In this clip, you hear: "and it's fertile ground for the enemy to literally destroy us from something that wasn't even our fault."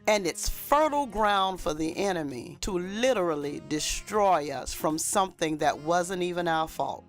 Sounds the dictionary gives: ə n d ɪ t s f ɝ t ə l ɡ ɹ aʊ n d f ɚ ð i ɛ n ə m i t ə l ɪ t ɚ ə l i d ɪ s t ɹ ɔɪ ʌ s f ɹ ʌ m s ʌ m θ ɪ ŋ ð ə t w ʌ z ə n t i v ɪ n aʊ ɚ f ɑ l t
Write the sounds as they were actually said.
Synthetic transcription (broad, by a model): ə n ɪ t s f ɝ t l ɡ ɹ aʊ n d f ɚ ð i ɛ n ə m i t ə l ɪ t ɚ l i d ɪ s t ɹ ɔɪ ʌ s f ɹ ʌ m s ʌ m θ ɪ ŋ ð ə t w ʌ z ə n t i v ɪ n aʊ ɚ f ɑ l t